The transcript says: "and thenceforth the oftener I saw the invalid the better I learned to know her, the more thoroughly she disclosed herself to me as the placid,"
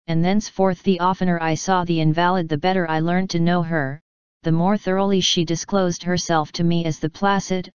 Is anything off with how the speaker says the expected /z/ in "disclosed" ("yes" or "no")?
no